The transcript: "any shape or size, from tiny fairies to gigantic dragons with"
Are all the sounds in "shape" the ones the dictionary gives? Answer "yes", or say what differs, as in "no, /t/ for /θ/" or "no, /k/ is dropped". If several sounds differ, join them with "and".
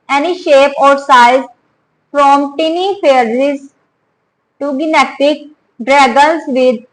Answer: yes